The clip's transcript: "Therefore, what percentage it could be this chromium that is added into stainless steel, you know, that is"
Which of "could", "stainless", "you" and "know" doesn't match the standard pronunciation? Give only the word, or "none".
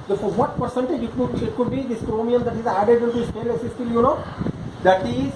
stainless